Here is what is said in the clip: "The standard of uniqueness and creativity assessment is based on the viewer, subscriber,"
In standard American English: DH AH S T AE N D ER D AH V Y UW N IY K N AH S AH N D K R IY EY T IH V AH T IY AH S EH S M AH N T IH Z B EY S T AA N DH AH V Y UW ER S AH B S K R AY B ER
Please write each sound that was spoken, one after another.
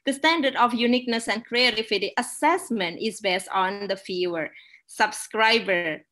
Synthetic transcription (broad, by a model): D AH S T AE N D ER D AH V Y UW N IY K N AH S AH N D K R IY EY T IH F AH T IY AH S EH S M AH N T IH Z B EY S T AA N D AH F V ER S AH B S K R AY B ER